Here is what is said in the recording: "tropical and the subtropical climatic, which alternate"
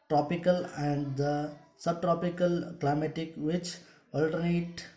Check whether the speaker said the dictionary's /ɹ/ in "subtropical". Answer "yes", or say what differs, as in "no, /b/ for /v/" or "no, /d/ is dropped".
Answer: yes